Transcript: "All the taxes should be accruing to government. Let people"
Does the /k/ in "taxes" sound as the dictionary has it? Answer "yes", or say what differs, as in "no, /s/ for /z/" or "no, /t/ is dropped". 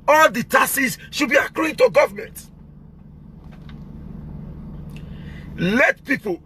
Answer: no, /k/ is dropped